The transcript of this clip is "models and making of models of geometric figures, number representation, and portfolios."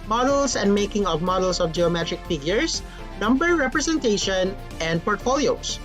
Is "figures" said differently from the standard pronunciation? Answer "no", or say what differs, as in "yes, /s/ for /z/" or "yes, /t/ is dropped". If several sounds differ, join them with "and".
yes, /s/ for /z/